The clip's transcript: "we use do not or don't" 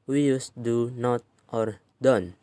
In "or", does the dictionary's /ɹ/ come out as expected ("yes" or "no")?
yes